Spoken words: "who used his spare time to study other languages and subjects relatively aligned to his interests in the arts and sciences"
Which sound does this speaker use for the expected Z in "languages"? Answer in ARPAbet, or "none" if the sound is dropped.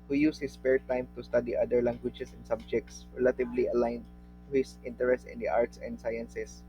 S